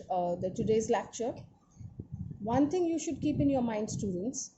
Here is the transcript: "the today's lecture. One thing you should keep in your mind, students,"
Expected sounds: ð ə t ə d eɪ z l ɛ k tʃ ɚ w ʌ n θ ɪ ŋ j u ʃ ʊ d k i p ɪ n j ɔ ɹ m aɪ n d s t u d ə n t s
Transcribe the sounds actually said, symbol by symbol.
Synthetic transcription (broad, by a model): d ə t ə d eɪ z l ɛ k tʃ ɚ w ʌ n t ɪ ŋ j u ʃ ʊ d k i p ɪ n j ɔ ɹ m aɪ n d s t u d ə n t s